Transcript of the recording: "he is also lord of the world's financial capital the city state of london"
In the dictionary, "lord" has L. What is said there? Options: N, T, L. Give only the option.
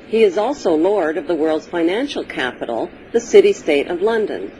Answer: L